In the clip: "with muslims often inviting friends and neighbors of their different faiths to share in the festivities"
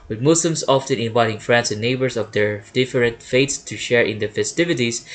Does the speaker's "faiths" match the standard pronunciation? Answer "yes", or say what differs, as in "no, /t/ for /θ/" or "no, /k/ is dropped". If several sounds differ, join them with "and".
no, /t/ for /θ/